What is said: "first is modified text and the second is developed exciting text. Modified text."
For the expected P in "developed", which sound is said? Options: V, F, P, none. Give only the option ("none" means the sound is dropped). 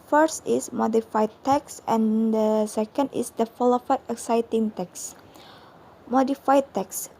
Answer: F